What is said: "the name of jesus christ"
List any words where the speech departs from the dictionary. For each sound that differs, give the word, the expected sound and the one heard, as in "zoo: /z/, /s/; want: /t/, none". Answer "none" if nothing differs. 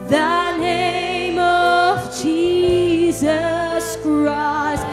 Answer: none